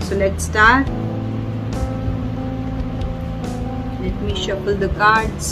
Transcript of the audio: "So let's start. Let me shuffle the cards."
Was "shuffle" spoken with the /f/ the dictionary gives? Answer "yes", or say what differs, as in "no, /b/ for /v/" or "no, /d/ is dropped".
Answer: no, /p/ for /f/